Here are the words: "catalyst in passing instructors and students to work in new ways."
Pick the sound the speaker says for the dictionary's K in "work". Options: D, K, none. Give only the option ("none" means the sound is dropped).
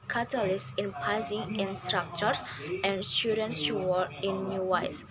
none